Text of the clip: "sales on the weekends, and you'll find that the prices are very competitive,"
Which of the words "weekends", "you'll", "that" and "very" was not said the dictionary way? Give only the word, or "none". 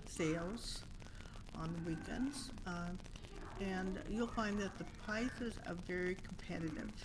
none